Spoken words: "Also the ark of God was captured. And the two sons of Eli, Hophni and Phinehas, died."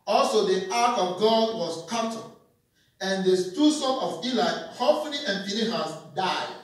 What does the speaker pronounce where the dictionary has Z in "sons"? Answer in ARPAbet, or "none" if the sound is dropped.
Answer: none